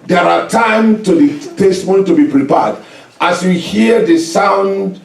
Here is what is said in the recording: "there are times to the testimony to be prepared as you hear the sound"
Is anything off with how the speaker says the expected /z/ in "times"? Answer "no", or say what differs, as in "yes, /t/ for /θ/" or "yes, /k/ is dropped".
yes, /z/ is dropped